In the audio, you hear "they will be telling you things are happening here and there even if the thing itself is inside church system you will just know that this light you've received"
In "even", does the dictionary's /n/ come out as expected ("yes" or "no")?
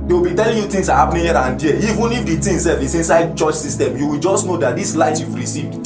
yes